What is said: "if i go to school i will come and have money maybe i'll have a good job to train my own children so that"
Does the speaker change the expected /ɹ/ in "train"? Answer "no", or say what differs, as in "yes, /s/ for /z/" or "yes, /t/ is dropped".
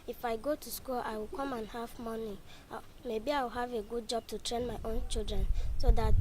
no